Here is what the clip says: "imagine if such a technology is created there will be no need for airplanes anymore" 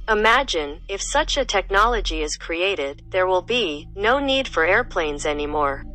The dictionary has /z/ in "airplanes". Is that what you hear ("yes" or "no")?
yes